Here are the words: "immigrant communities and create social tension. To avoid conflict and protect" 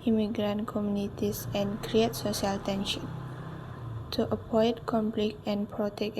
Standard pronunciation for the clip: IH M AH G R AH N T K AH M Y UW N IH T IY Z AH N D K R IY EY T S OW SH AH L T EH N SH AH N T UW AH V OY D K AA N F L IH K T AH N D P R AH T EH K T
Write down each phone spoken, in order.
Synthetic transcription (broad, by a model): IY M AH G R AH N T K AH M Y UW N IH T IY S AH N K R IY EY T S OW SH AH L T EH N SH AH N T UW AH P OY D K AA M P L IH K AH N P R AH T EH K